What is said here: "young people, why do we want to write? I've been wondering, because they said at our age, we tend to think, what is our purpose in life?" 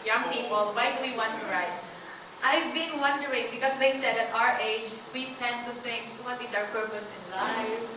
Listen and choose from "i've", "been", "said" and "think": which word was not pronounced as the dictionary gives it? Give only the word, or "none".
none